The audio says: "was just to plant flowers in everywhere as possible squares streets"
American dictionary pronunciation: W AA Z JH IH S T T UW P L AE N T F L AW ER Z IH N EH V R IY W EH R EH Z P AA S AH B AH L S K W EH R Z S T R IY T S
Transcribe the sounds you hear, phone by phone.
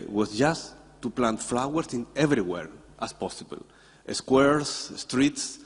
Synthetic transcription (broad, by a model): W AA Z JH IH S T T UW P L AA N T F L AW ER S IH N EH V R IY W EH R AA S P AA S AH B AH L S K W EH R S S T R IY T S